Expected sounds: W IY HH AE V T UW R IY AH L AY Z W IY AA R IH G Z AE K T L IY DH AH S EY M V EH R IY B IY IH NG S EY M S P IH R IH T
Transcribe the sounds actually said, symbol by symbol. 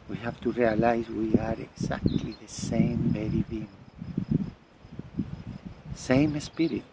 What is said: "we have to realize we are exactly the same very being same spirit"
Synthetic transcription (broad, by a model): W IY HH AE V T UW R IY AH L AY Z W IY AA R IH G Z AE K T L IY DH AH S EY M B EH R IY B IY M S EY M S P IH R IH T